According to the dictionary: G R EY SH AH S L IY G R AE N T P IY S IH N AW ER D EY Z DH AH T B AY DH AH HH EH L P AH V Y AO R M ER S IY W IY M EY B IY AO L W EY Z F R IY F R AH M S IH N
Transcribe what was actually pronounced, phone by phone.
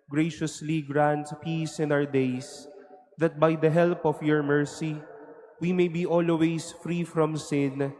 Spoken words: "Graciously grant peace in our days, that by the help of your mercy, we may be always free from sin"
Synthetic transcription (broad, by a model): G R EY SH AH S L IY G R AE N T P IY S IH N AW ER D EY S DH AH T B AY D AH HH EH L P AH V Y AO R M ER S IY W IY M EY B IY AO L W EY S F R IY F R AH M S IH N